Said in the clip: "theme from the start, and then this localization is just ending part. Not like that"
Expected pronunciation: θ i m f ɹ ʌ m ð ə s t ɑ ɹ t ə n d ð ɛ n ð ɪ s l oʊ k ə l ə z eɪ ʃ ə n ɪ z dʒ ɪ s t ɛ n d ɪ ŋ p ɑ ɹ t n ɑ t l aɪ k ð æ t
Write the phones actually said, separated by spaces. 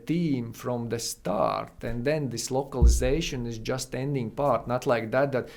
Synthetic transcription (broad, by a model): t i m f ɹ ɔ m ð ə s t ɑ ɹ t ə n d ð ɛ n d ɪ s l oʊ k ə l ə z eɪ ʃ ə n ɪ z dʒ ɪ s t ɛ n d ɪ ŋ p ɑ ɹ t n ɑ t l aɪ k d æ t